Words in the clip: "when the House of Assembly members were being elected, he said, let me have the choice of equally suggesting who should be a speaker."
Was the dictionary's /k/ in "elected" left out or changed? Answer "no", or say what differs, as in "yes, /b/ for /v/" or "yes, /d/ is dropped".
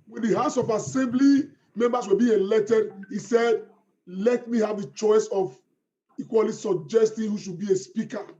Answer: yes, /k/ is dropped